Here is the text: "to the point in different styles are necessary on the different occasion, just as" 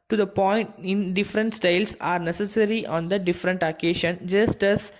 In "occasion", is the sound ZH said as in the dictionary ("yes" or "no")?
no